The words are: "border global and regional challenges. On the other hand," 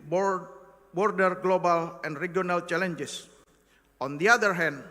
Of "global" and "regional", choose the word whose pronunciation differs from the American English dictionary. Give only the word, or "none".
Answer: regional